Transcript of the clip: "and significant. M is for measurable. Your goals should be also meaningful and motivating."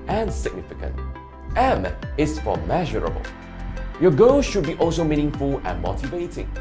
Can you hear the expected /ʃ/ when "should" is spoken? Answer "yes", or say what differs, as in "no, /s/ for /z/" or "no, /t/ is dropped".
yes